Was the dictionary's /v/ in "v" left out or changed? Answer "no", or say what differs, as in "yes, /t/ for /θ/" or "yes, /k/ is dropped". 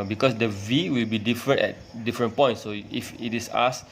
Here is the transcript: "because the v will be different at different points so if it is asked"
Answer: no